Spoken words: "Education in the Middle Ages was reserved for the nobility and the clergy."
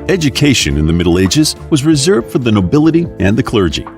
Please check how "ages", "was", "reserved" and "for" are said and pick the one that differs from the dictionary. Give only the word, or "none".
none